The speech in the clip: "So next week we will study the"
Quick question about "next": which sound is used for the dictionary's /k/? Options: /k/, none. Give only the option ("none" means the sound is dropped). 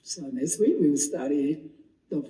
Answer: none